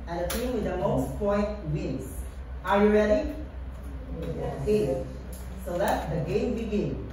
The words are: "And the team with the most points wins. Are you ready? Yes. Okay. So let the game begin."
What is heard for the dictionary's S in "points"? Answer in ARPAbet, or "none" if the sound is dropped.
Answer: none